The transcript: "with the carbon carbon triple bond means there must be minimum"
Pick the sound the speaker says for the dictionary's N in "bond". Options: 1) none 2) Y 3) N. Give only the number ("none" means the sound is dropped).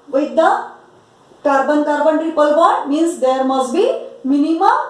1